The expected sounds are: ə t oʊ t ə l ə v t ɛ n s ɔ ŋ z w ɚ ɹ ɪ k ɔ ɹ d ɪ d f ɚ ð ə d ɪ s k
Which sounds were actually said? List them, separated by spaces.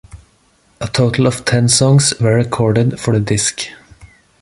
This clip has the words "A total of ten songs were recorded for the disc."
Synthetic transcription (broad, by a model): ə t oʊ t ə l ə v t ɛ n s ɔ ŋ s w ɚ ɹ ɪ k ɔ ɹ d ɪ d f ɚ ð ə d ɪ s k